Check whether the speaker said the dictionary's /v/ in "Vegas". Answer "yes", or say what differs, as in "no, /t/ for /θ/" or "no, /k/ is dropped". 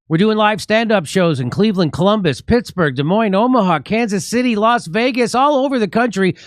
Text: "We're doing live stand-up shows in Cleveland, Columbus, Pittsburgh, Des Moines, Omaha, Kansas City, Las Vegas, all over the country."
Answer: yes